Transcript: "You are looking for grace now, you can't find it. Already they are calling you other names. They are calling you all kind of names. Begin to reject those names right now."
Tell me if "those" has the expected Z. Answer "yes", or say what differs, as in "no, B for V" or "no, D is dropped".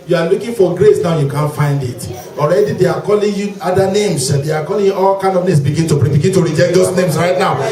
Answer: no, S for Z